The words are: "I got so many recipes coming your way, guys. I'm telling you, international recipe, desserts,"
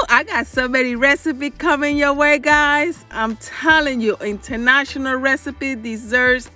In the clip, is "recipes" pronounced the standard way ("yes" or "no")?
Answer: no